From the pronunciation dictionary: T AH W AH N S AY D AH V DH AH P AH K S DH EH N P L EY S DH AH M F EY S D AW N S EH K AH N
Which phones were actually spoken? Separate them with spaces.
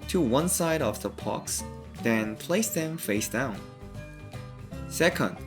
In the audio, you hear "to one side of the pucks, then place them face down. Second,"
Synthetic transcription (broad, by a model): T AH W AH N S AY D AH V DH AH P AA K S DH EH N P L EY S DH AH M F EY S D AW N S EH K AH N